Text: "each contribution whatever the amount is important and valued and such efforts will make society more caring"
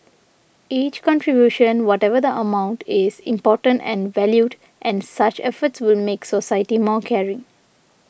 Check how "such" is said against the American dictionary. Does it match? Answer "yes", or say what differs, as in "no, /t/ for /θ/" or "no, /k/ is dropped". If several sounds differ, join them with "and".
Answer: yes